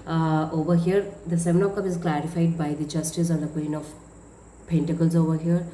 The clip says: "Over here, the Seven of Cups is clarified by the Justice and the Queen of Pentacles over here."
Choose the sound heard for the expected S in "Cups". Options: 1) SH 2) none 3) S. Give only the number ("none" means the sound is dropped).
2